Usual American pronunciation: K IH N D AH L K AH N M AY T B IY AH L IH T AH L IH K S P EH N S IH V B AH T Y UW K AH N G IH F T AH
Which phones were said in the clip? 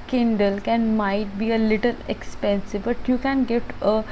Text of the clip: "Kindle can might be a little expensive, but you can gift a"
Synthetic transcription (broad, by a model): K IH N D AH L K AH N M AY T B IY AH L IH T AH L IH K S P EH N S IH V B AH T Y UW K AH N G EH T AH